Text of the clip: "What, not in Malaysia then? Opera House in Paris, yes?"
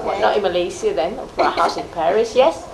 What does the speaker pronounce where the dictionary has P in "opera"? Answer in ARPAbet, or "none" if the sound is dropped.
none